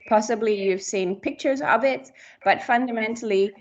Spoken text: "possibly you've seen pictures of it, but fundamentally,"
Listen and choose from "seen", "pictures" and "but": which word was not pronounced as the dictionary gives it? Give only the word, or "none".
none